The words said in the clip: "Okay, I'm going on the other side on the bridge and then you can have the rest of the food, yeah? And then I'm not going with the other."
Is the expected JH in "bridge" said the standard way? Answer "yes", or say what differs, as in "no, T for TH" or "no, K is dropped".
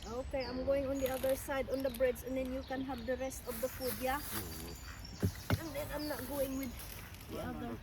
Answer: no, Z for JH